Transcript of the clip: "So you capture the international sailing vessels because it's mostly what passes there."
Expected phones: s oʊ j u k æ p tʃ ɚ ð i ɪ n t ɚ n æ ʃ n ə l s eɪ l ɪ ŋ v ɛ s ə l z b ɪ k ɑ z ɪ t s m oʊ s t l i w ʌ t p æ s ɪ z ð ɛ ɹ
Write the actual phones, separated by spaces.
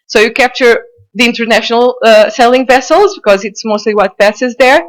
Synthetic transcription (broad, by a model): s oʊ j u k æ p tʃ ɚ ð i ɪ n t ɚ n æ ʃ n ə l s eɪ l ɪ ŋ v ɛ s ə l z b ɪ k ɑ z ɪ t s m oʊ s t l i w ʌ t p æ s ɪ z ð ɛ ɹ